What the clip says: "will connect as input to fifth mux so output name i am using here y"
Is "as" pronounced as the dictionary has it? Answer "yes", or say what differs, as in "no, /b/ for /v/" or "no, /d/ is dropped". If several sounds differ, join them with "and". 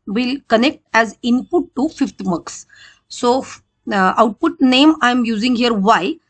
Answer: yes